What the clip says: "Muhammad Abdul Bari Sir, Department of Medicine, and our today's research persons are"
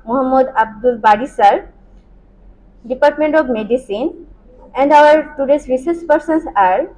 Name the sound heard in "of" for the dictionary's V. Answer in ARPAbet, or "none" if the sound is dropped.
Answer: B